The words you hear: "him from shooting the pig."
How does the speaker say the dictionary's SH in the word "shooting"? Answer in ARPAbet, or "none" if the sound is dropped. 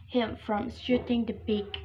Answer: S